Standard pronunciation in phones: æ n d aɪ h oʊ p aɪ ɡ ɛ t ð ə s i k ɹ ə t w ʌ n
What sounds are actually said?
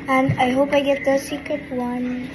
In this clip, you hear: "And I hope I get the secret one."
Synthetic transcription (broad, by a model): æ n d aɪ h oʊ p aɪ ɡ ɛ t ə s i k ə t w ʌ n